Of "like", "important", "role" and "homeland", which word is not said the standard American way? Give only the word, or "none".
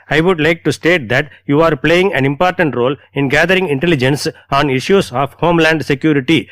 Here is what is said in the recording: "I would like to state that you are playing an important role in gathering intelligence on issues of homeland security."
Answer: none